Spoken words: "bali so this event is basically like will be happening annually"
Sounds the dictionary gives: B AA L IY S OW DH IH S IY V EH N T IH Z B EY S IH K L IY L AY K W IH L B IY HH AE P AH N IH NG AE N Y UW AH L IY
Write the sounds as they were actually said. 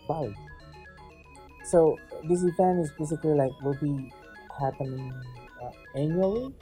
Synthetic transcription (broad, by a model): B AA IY S OW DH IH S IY F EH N IH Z B EY S IH K L IY L AY K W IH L B IY HH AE P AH N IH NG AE N Y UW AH L IY